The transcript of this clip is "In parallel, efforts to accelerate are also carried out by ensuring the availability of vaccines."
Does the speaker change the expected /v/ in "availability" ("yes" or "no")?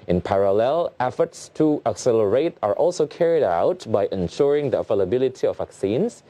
yes